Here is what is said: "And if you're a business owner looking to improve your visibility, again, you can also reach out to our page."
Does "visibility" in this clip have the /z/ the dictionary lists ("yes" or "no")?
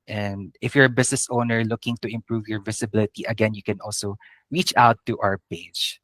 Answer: no